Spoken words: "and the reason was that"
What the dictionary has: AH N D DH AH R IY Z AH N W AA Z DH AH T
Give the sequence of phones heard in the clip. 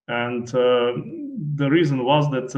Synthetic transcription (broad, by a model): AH N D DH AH R IY Z AH N W AA Z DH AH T